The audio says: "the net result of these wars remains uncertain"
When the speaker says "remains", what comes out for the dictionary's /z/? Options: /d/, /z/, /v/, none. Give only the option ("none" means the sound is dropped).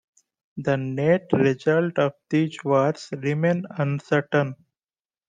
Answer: none